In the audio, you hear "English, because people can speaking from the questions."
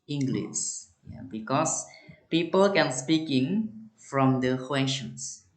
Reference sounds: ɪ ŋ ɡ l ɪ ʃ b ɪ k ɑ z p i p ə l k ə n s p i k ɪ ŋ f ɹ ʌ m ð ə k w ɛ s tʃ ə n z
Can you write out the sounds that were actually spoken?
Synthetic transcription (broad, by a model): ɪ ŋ ɡ l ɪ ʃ b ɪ k ɑ s p i p ə l k ə n s p i k ɪ ŋ f ɹ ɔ m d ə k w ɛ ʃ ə n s